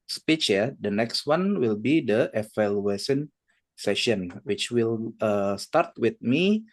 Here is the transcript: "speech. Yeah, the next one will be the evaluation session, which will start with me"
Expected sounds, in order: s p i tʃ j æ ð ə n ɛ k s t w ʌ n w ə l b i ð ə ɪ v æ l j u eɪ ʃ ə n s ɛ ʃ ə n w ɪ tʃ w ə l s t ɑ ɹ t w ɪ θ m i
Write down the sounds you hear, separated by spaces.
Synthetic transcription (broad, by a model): s p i tʃ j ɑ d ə n ɛ k s t w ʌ n w ə l b i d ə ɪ f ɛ l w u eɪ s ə n s ɛ ʃ ə n w ɪ tʃ w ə l s t ɑ ɹ t w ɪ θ m i